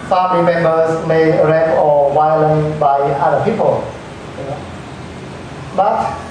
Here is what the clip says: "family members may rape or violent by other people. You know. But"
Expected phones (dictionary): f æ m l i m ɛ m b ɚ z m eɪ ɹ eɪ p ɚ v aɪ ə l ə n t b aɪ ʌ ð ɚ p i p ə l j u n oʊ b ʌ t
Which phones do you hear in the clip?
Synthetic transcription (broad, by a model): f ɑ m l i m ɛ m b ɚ s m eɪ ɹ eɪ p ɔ w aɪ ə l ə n b aɪ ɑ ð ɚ p i p ə l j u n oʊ b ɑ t